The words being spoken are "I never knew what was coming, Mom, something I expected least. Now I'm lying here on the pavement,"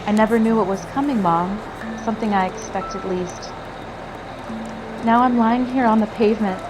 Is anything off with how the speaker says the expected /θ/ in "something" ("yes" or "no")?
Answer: no